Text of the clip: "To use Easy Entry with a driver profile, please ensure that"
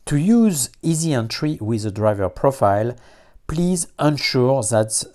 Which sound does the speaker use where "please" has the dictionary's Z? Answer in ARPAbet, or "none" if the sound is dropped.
Z